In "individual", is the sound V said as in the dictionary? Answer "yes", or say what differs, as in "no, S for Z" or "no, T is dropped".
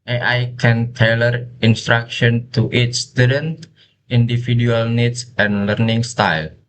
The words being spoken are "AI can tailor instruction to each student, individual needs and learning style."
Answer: no, F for V